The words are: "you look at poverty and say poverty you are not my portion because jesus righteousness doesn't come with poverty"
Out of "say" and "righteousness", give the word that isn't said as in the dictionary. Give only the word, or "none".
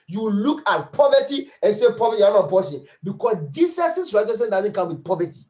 righteousness